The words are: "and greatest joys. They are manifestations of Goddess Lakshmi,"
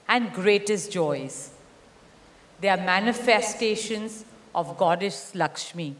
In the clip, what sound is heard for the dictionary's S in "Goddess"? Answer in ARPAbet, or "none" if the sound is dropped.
SH